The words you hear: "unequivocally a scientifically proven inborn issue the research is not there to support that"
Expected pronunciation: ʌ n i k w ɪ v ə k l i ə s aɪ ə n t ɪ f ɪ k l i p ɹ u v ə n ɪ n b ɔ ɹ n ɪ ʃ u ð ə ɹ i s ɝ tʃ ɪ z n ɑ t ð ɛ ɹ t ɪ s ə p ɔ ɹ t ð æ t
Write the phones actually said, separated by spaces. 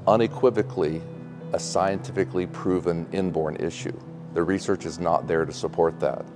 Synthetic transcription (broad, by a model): ʌ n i k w ɪ v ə k l i ə s aɪ ə n t ɪ f ɪ k l i p ɹ u v ə n ɪ n b ɔ ɹ n ɪ ʃ u ð ə ɹ i s ɝ tʃ ɪ z n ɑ t ð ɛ ɹ t ɪ s ə p ɔ ɹ t ð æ t